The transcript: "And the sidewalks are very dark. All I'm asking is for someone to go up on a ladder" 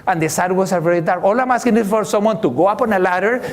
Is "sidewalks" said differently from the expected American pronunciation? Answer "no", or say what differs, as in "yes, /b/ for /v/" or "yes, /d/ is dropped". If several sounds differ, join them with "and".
yes, /k/ is dropped